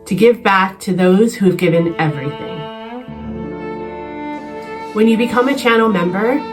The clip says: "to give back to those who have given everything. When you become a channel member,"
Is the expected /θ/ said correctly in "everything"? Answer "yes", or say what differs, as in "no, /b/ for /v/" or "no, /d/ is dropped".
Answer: yes